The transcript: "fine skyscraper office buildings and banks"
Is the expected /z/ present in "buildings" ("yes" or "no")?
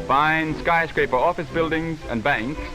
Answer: yes